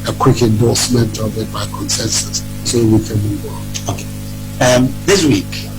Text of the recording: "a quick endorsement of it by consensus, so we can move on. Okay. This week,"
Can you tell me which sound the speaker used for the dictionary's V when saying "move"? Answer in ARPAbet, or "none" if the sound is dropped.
W